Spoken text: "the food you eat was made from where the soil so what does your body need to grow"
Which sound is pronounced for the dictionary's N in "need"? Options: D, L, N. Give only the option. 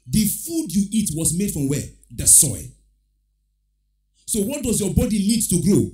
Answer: L